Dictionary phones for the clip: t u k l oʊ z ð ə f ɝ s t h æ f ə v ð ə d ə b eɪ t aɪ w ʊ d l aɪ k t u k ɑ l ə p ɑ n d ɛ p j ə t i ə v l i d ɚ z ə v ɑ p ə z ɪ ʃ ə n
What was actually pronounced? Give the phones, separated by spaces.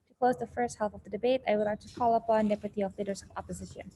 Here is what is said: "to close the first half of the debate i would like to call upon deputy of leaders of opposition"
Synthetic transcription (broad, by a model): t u k l oʊ z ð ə f ɝ s t h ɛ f ə v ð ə d ə b eɪ t aɪ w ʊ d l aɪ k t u k ɑ l ə p ɑ n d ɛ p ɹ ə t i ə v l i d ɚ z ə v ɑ p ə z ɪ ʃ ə n